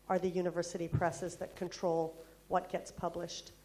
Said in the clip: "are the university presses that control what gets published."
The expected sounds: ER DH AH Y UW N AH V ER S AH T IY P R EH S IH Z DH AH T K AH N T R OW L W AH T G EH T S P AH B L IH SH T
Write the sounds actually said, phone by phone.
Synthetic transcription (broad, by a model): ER DH AH Y UW N AH V ER S AH T IY P R EH S IH Z DH AH T K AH N T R OW L W AH T G EH T S P AH B L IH SH T